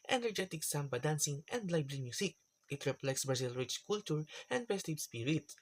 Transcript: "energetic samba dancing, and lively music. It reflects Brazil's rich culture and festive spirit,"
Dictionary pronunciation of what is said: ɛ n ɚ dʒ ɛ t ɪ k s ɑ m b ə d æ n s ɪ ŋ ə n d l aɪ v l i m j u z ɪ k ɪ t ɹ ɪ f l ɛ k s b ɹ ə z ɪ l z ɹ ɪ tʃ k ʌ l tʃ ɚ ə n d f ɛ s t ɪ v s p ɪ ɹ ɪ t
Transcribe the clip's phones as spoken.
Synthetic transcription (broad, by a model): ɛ n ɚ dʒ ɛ t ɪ k s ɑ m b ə d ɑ n s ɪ ŋ ə n d l aɪ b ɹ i m j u s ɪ k ɪ t ɹ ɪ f l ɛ k s b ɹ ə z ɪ l ɹ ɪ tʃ k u l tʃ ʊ ə n d p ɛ s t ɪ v s p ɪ ɹ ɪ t